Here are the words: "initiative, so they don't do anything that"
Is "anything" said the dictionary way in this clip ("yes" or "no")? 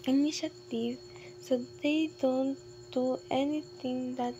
no